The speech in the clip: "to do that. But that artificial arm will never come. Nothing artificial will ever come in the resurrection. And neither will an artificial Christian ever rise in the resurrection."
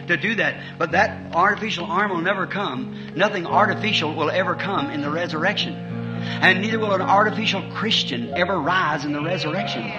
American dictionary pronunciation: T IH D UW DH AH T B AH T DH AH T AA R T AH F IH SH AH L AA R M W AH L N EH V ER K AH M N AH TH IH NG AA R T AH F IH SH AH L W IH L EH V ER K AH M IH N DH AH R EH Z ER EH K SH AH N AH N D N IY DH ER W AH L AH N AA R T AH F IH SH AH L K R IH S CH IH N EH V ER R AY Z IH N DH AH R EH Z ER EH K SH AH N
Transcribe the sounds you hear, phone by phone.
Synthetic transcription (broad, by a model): T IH D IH DH AH T B AH T DH AH T AA R T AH F IH SH L AA R M W AH L N EH V ER K AH M N AH TH IH NG AA R T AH F IH SH L W IH L EH V ER K AH M IH N DH AH R EH Z ER EH K SH AH N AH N N IY DH ER W AH L AH N AA R T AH F IH SH L K R IH S CH IH N EH V ER R AY Z IH N DH AH R EH Z ER EH K SH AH N